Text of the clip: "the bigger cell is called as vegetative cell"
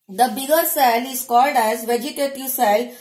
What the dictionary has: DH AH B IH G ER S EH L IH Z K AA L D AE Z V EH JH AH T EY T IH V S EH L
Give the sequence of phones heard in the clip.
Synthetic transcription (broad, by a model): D AH B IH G ER S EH L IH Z K AA L D AE Z V EH JH AH T EY T IH V S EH L